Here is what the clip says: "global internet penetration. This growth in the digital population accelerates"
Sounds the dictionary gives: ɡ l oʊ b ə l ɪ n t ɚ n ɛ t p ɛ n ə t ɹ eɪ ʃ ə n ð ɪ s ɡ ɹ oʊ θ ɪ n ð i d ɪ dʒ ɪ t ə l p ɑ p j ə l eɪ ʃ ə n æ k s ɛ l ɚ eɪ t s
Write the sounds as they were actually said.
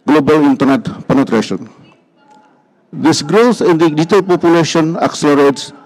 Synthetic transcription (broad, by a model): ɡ l oʊ b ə l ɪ n t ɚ n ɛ t p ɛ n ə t ɹ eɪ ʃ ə n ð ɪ s ɡ ɹ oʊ s ɪ n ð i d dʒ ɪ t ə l p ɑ p j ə l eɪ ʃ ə n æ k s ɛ l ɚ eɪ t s